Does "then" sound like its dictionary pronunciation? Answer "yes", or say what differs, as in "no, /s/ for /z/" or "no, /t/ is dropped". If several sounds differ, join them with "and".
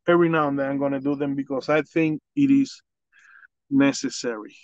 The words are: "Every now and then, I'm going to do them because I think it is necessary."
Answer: no, /n/ is dropped